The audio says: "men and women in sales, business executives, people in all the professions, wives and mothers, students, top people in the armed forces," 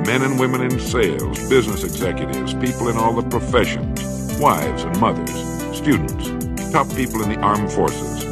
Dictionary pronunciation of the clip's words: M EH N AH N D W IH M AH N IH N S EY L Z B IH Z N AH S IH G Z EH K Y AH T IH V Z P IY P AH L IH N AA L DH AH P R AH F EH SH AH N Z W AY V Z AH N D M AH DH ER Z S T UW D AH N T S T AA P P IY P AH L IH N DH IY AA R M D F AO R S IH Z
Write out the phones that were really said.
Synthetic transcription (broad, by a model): M EH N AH N W IH M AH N IH N S EY L Z B IH Z N AH S IH G Z EH K Y AH T IH V Z P IY P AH L IH N AA L DH AH P R AH F EH SH AH N Z W AY V Z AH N M AH DH ER Z S T UW D N T S T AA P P IY P L IH N DH IY AA R M F AO R S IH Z